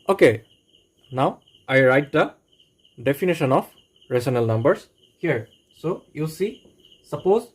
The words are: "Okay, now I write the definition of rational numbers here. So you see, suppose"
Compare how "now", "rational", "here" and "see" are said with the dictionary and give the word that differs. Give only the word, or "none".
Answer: rational